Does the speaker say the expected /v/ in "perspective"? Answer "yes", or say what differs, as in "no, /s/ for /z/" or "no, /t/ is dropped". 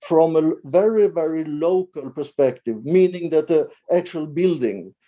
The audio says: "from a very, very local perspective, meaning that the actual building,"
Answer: yes